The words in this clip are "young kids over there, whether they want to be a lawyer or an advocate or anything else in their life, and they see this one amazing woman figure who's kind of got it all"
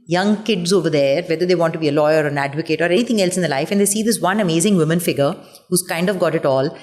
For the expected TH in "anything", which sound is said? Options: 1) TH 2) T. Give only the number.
2